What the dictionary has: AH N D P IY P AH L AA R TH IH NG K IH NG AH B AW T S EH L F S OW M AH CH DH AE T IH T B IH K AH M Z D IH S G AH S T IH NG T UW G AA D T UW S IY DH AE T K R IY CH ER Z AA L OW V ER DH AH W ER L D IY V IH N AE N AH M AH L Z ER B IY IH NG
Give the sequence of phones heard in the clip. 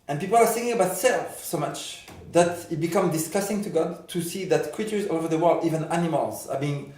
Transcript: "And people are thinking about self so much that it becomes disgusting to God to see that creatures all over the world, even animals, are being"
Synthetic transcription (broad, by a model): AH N P IY P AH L AA R S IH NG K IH NG AH B AW T S EH L F S OW M AH CH DH AE T IH T B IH K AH M D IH S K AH S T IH NG T UW G AA D T UW S IY DH AE T K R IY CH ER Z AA OW V ER DH AH W ER L D IY V IH N AE N AH M AH L Z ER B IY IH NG